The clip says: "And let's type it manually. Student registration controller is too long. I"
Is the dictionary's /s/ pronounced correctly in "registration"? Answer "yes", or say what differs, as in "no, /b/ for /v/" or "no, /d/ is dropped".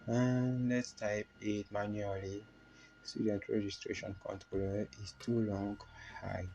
yes